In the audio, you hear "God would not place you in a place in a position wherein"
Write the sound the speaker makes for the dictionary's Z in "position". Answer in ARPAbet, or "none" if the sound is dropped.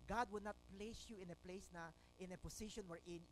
S